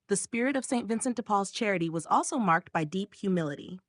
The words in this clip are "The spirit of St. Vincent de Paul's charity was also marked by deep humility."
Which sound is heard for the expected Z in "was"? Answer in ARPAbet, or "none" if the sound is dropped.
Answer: Z